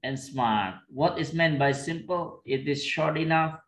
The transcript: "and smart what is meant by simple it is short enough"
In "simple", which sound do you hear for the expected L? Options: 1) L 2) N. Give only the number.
1